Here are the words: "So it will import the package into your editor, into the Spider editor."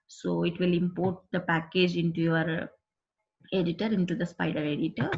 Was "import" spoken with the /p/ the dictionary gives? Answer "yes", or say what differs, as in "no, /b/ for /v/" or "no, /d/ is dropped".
yes